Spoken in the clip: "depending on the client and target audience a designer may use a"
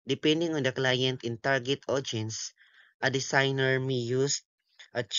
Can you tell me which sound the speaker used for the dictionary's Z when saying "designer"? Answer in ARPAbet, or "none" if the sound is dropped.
S